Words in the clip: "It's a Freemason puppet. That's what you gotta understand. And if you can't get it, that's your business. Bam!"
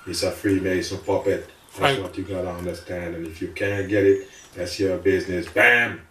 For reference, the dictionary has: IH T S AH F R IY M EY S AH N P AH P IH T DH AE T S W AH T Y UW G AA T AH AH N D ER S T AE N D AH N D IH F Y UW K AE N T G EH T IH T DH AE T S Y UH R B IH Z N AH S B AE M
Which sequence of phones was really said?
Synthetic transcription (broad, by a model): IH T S AH F R IY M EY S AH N P AH P IH T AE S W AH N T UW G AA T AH AH N D ER S T AE N D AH N IH F Y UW K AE N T G EH T IH T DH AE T S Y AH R B IH Z N AH S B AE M